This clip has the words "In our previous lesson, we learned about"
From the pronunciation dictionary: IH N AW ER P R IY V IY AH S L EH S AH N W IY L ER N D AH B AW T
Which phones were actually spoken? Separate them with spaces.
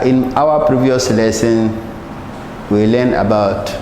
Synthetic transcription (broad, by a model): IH N AW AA P R IY V IY AH S L EH S AH N W IY L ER N AH B AW T